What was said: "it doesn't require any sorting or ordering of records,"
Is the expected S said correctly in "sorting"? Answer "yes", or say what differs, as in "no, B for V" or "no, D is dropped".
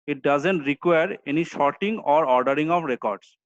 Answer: no, SH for S